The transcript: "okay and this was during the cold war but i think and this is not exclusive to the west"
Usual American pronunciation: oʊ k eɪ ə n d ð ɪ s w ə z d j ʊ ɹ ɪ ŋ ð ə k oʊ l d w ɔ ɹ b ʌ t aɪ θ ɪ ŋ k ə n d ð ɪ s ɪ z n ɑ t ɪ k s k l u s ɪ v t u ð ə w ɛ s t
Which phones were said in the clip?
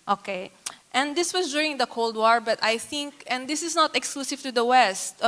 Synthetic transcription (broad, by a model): oʊ k eɪ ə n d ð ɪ s w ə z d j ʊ ɹ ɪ ŋ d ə k oʊ l d w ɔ ɹ b ʌ t aɪ θ ɪ ŋ k ə n d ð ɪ s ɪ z n ɑ t ɪ k s k l u s ɪ v t u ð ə w ɛ s t